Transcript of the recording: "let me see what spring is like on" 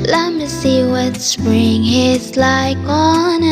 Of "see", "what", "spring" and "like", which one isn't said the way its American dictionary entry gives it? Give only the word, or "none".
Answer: spring